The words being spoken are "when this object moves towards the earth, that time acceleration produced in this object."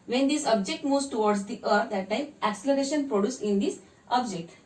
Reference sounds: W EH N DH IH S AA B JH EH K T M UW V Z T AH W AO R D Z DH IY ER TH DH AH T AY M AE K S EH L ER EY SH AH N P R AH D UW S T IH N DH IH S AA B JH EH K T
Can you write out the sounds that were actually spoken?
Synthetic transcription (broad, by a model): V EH N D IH S AA B JH EH K T M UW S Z T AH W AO R D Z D IY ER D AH T AY M AE K S EH L ER EY SH AH N P R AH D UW S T IH N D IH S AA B JH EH K T